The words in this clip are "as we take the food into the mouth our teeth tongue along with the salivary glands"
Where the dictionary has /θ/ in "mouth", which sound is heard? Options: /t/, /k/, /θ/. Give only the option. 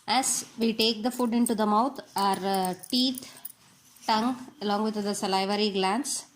/t/